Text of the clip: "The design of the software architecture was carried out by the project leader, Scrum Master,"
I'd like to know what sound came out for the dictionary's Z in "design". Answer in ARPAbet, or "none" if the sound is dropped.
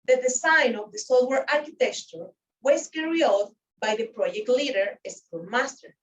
S